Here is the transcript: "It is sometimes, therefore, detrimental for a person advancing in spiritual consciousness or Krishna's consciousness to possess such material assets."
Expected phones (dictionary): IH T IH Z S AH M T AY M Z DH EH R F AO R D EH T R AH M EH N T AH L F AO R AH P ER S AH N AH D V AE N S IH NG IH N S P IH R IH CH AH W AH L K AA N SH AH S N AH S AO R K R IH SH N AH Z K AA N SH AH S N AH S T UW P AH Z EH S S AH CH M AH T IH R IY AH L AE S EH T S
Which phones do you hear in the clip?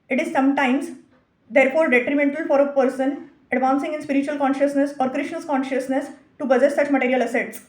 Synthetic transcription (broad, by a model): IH T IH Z S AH M T AY M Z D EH R F AO R D EH T R AH M EH N T AH L F AO R AH P ER S AH N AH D V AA N S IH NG IH N S P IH R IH CH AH AH L K AA N SH AH S N AH S AO R K R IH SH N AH S K AA N SH AH S N AH S T UW B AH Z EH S S AH CH M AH T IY R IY AH L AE S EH T S